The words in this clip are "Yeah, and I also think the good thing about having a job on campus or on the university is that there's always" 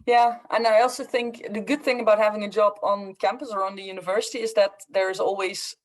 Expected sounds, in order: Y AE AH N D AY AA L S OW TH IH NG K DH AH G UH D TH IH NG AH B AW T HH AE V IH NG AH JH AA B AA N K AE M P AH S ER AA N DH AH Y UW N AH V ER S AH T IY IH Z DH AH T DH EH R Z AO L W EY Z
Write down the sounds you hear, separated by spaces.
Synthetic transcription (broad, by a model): Y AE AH N AY AA L S OW TH IH NG K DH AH G UH D TH IH NG AH B AW T HH AE V IH NG AH JH AA B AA N K AE M P AH S ER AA N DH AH Y UW N AH V ER S AH T IY IH Z DH AH T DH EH R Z AO L W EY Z